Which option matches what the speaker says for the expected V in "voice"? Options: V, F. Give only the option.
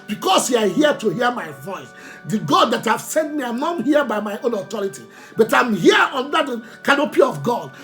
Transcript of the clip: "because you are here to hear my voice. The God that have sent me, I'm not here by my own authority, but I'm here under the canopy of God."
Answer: V